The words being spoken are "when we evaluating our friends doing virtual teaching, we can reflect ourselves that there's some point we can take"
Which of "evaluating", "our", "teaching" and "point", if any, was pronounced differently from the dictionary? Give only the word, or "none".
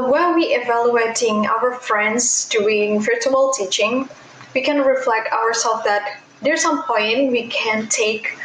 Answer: none